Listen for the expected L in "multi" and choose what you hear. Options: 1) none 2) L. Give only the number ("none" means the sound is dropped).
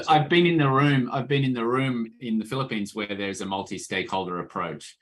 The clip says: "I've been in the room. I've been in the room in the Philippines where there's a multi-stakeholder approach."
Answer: 2